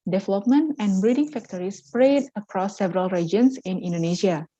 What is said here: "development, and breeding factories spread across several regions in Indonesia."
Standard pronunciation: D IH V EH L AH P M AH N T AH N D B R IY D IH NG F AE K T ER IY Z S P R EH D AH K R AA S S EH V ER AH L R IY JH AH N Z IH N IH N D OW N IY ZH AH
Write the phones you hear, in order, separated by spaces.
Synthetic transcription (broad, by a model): D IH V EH L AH P M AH N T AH N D B R IY D IH NG F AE K T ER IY S P R EH D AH K R AA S S EH V ER AH L R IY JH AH N S IH N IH N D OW N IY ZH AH